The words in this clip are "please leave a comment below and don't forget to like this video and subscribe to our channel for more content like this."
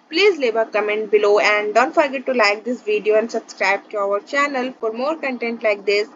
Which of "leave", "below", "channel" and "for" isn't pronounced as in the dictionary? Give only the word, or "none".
leave